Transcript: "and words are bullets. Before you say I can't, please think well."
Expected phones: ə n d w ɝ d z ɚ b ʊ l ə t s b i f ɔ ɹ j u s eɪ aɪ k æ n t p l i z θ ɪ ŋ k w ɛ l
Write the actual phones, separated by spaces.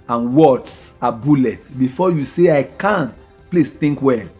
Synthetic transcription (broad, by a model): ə n w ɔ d s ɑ b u l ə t b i f ɔ j u s eɪ aɪ k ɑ n t p l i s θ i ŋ k w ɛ